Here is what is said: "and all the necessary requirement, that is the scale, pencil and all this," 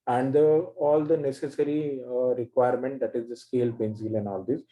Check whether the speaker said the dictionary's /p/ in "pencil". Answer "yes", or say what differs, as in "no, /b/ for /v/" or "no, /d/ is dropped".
no, /b/ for /p/